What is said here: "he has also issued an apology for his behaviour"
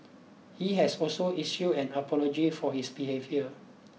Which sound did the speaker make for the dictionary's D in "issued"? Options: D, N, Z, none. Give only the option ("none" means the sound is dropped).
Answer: none